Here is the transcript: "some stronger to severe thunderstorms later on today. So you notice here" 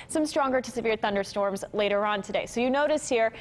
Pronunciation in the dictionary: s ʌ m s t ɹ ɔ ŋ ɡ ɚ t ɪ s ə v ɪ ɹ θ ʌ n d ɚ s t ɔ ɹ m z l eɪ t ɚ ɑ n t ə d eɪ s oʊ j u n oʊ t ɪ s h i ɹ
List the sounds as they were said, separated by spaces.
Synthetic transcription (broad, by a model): s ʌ m s t ɹ ɔ ŋ ɡ ɚ t ɪ s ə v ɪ ɹ θ ʌ n d ɚ s t ɔ ɹ m z l eɪ t ɚ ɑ n t ə d eɪ s oʊ j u n oʊ t ɪ s h i ɹ